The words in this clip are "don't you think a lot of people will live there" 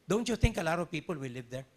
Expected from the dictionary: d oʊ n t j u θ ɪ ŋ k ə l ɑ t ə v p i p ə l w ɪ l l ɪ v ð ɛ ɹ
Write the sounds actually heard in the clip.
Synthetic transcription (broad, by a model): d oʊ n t j u t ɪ ŋ k ə l ɑ t ə v p i p ə l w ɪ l l ɪ v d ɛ ɹ